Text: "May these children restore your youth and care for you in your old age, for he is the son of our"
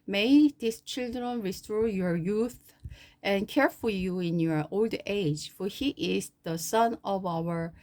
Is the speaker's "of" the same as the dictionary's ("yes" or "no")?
yes